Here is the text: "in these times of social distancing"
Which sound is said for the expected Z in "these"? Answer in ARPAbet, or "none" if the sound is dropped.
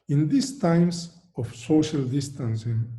S